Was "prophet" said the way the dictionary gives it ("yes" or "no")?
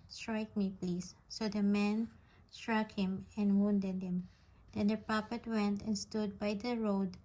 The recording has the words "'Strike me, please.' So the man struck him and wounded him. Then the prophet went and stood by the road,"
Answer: no